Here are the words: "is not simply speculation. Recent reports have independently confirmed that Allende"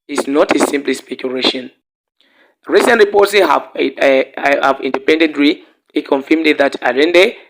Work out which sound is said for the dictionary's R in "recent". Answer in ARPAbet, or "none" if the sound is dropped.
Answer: R